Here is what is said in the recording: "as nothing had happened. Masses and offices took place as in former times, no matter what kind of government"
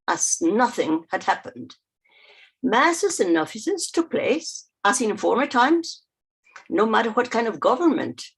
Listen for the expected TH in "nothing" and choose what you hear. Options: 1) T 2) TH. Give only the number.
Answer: 2